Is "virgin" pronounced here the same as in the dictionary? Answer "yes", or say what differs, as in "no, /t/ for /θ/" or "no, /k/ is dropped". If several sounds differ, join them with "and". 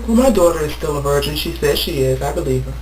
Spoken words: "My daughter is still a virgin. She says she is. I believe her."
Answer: yes